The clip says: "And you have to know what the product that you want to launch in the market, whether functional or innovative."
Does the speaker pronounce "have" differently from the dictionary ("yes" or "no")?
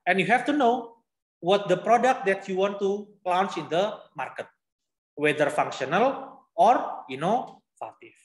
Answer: yes